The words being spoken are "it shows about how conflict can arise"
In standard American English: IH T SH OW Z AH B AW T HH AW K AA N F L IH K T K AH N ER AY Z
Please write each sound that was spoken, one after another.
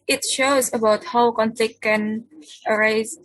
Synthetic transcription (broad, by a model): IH T SH OW Z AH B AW T HH AW K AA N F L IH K K AH N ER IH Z